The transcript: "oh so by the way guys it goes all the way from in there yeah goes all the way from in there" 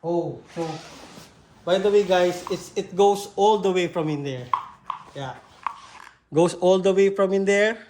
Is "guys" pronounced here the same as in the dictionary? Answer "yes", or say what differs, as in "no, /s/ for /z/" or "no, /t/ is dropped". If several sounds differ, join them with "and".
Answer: no, /s/ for /z/